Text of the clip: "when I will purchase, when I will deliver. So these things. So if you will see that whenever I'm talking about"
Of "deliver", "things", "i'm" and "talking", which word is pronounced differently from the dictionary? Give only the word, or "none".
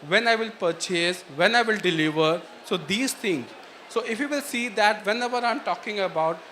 things